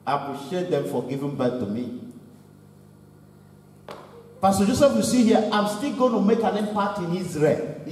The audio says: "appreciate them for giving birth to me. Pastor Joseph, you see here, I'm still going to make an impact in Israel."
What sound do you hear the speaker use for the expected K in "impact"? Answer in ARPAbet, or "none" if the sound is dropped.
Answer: none